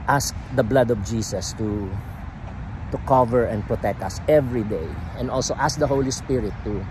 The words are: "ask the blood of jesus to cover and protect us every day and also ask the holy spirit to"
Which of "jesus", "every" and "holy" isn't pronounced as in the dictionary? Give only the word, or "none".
jesus